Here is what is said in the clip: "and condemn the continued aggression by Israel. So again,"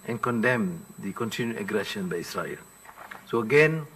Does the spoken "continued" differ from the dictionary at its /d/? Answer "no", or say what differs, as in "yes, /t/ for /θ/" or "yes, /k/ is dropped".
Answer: yes, /d/ is dropped